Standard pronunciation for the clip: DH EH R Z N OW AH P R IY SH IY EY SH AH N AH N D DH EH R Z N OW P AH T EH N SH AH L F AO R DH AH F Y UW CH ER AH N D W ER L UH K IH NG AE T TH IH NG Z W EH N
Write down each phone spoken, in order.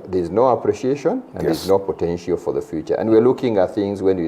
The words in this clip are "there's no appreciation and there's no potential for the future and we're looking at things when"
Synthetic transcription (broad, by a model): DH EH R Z N OW AH P R IY SH IY EY SH AH N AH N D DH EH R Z N OW P AH T EH N SH AH L F AO R DH AH F Y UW CH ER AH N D W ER L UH K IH NG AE T TH IH NG Z W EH N